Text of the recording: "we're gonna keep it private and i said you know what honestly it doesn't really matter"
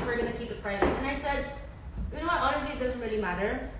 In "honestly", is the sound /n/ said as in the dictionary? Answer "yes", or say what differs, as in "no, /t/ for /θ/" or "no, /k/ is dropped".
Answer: no, /l/ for /n/